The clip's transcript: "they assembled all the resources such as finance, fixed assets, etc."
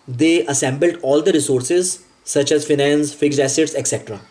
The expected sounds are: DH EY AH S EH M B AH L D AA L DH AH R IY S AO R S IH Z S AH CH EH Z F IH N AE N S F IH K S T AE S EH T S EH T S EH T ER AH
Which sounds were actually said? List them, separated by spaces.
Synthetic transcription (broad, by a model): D EY AH S EH M B AH L D AA L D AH R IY S AO R S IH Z S AH CH EH Z F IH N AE N S F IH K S AE S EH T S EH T S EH T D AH